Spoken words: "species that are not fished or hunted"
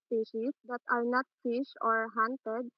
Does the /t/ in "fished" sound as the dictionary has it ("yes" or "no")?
no